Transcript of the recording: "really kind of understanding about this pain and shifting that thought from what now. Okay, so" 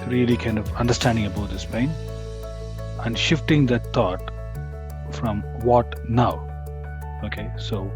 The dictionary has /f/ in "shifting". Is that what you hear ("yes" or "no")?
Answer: yes